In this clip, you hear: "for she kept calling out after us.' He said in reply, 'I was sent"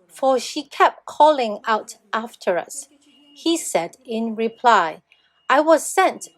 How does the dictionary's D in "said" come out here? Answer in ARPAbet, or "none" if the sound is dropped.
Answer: D